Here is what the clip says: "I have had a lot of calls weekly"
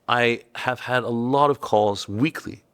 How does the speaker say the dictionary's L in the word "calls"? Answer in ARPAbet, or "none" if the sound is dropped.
none